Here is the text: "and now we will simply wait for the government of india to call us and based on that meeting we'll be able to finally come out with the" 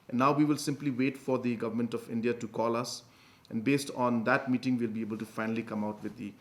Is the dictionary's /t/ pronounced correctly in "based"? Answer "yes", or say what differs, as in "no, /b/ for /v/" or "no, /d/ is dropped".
yes